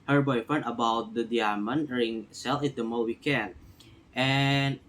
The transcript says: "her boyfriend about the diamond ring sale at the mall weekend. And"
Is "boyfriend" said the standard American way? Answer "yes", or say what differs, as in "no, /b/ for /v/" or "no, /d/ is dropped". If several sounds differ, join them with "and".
no, /ɹ/ is dropped